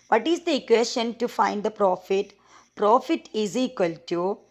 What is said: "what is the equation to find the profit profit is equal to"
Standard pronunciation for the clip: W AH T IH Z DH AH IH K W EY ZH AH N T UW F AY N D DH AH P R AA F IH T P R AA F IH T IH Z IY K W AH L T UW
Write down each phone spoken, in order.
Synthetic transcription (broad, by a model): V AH T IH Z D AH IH K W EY S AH N T UW F AY N D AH P R AA F IH T P R AA F IH T IH Z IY K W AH L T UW